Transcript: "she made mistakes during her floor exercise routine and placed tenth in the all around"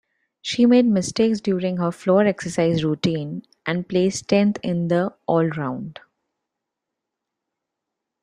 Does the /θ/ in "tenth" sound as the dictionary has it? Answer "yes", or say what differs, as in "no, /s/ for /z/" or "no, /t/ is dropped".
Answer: no, /t/ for /θ/